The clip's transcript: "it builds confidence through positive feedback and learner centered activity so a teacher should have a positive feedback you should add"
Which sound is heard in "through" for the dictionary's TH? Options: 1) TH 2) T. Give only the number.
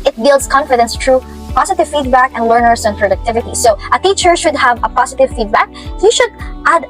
2